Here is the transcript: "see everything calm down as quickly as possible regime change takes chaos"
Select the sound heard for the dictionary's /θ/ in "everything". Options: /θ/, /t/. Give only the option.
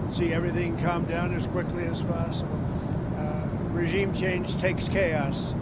/θ/